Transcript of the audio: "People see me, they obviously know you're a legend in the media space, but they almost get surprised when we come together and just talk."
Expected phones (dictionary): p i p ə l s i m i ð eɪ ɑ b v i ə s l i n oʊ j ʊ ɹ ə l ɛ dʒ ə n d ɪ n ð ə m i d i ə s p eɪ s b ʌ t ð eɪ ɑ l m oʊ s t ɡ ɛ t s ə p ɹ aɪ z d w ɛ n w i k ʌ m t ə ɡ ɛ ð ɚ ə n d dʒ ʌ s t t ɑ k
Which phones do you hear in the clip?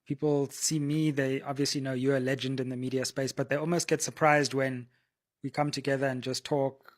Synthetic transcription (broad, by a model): p i p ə l s i m i ð eɪ ɑ b v i ə s l i n oʊ ʊ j ə l ɛ dʒ ə n d ɪ n ð ə m i d i ə s p eɪ s b ʌ t ð eɪ ɑ l m oʊ s t ɡ ɛ t s ə p ɹ aɪ z d w ɛ n w i k ʌ m t ə ɡ ɛ ð ɚ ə n dʒ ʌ s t t ɑ k